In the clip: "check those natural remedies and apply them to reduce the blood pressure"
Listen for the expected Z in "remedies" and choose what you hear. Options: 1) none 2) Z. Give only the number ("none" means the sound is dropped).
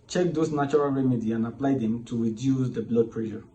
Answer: 1